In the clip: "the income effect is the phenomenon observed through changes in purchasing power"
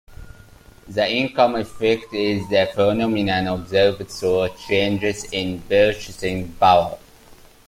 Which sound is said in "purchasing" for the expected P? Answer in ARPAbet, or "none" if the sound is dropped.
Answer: B